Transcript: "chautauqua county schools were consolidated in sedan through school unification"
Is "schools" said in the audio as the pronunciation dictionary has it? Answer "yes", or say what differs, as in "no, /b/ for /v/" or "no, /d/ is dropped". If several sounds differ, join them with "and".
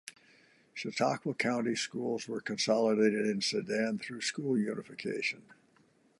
yes